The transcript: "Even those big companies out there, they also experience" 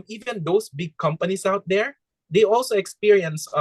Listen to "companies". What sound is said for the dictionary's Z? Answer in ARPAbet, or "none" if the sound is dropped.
S